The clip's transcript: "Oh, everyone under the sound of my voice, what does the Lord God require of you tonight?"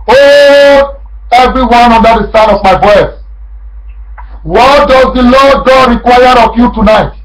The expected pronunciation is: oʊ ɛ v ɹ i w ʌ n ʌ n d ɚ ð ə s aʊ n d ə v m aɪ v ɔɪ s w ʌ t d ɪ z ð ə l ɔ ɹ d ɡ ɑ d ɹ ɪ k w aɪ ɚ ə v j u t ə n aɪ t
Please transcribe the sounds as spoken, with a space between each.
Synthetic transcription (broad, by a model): oʊ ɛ v ɹ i w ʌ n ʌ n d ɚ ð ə s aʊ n ə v m aɪ b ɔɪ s w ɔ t d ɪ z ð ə l ɔ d ɡ ɑ d ɹ ɪ k w aɪ ɚ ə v j u t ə n aɪ t